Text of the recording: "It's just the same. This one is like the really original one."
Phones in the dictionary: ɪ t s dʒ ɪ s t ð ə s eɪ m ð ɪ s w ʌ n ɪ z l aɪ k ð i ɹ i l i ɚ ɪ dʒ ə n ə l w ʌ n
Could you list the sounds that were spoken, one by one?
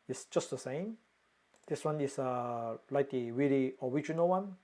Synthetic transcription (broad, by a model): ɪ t s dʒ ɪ s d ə s eɪ m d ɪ s w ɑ n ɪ s l aɪ k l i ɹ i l i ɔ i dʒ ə n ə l w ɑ n